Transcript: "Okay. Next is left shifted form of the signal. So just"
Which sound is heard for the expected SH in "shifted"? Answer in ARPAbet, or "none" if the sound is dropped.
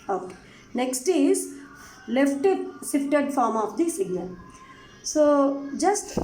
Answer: S